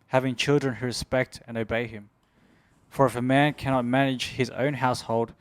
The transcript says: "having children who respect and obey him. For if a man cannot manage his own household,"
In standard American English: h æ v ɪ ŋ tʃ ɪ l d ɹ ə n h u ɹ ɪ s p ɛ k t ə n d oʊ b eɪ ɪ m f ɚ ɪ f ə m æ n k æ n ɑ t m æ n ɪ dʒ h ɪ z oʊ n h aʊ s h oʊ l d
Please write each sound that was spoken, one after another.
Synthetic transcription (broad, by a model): h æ v ɪ ŋ tʃ ɪ l d ɹ ə n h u ɹ ɪ s p ɛ k t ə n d oʊ b eɪ ɪ m f ɚ ɪ f ə m æ n k æ n ɑ t m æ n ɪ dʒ h ɪ z oʊ n h aʊ s h oʊ l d